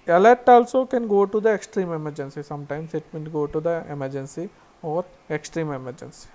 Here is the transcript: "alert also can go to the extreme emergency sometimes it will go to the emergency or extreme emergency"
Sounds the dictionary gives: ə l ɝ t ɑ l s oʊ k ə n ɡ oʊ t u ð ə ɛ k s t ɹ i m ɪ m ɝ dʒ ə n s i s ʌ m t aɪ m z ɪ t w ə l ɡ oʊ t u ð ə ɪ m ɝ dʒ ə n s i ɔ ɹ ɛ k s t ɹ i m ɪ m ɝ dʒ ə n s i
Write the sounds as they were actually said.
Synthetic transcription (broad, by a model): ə l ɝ t ɑ l s oʊ k ə n ɡ oʊ t u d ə ɛ k s t ɹ i m ɪ m ɝ dʒ ə n s i s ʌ m t aɪ m s ɪ t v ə n ɡ oʊ t u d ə ɪ m ɝ dʒ ə n s i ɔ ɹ ɛ k s t ɹ i m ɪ m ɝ dʒ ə n s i